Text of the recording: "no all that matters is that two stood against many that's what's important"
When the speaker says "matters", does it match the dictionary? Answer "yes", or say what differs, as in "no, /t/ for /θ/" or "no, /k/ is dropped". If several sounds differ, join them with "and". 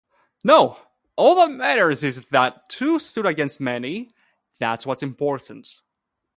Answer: yes